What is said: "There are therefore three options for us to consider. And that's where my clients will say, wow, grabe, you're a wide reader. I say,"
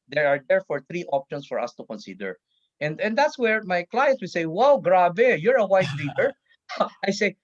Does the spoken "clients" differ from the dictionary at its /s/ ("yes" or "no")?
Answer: yes